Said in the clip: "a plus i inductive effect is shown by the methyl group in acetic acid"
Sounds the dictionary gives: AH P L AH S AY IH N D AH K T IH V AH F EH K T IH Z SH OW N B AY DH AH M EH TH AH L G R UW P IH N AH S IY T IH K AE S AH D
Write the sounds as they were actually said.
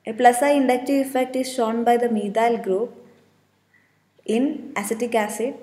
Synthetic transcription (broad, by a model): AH P L AH S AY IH N D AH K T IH AH F EH K T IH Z SH OW N B AY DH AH M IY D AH L G R UW P IH N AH S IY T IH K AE S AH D